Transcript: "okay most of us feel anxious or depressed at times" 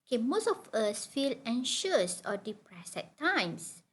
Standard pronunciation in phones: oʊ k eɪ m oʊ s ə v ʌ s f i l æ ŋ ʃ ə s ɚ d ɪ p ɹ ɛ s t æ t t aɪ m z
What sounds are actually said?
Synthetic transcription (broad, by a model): k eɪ m oʊ s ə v ʌ s f i l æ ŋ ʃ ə s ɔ d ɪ p ɹ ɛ s ɛ t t aɪ m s